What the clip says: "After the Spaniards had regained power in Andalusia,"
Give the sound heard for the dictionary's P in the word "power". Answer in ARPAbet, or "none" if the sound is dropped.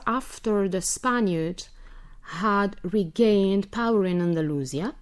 P